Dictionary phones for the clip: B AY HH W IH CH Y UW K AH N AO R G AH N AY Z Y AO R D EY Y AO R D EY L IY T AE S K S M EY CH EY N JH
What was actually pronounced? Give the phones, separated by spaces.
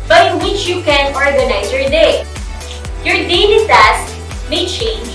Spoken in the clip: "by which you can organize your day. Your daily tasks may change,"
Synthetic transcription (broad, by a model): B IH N W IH CH Y UW K AH N AO R G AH N AY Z Y AO R D EY Y AO R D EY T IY S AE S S M EY CH EY N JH